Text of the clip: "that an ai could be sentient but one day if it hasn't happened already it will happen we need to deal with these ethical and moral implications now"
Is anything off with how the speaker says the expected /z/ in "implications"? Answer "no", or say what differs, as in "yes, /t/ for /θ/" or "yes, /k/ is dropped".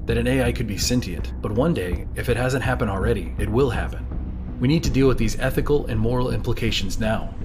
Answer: no